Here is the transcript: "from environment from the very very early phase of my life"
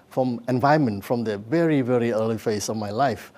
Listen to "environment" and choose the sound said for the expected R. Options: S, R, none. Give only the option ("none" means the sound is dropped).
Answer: none